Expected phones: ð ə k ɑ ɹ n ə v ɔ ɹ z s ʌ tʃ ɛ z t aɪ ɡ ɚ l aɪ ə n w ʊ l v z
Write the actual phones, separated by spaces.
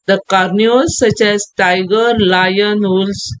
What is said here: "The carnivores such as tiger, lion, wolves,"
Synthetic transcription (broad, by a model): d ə k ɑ ɹ n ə ɔ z s ʌ tʃ ɛ z t aɪ ɡ ɚ l aɪ ə n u l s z